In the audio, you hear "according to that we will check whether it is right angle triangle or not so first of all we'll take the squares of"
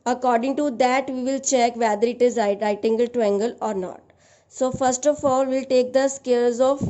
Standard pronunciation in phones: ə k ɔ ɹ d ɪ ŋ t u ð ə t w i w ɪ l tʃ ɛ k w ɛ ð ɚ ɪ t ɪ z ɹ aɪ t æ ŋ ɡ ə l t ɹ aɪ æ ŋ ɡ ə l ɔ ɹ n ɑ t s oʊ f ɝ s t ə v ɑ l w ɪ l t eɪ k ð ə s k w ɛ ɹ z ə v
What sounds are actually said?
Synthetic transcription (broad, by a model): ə k ɔ ɹ d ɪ ŋ t u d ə t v i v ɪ l tʃ ɛ k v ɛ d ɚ ɪ t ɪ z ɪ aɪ t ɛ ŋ ɡ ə l t u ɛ ŋ ɡ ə l ɔ ɹ n ɑ t s oʊ f ɝ s t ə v ɑ l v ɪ l t eɪ k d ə s k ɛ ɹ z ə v